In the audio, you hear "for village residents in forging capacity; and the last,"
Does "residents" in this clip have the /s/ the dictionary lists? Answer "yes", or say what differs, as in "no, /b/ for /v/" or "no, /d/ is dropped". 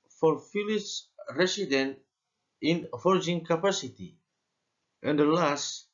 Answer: no, /s/ is dropped